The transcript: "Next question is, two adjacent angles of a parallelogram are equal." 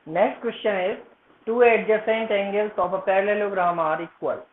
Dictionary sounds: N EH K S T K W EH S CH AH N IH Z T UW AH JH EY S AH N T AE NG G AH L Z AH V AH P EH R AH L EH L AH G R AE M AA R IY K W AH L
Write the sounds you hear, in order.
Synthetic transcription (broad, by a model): N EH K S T K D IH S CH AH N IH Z T UW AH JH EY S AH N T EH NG G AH L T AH P AH P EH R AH L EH L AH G R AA M AA R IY K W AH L